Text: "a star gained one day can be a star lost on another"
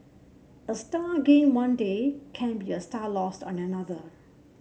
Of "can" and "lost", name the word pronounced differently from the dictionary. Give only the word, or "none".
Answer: none